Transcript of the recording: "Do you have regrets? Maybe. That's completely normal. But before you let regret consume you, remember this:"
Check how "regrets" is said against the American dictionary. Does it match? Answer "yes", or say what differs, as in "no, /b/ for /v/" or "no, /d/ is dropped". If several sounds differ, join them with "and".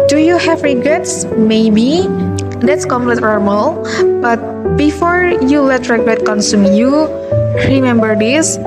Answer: yes